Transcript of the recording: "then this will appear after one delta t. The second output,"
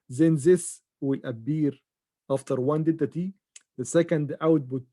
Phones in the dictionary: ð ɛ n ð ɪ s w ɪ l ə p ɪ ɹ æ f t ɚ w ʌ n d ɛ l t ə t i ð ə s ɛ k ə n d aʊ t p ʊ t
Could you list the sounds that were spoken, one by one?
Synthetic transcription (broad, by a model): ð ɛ n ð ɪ s w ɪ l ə b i ɹ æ f t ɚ w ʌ n d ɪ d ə t i ð ə s ɛ k ə n d aʊ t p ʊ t